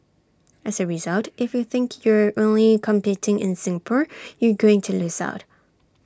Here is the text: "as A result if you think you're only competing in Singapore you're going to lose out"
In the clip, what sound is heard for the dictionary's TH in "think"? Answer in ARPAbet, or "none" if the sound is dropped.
TH